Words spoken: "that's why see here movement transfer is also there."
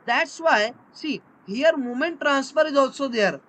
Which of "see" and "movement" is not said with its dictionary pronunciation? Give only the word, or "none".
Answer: movement